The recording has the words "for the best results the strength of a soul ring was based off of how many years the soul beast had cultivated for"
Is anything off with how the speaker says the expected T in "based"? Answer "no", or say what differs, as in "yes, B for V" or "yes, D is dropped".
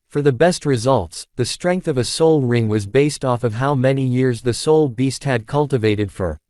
no